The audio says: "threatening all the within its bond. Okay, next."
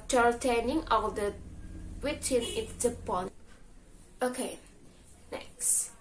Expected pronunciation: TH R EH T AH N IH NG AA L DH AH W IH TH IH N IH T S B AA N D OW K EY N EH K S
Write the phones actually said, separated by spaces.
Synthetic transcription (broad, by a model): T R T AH N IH NG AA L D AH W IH T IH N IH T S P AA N OW K EY N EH K S